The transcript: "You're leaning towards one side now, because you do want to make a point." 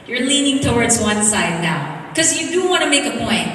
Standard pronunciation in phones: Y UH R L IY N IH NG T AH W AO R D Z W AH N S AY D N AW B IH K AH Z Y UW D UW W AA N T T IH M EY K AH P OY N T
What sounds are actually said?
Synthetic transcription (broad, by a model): Y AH R L IY N IH NG T AH W AO R D Z W AH N S AY D N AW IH K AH Z Y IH D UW W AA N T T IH M EY K AH P OY N T